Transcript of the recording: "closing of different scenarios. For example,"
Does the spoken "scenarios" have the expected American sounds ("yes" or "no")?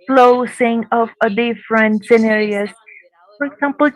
no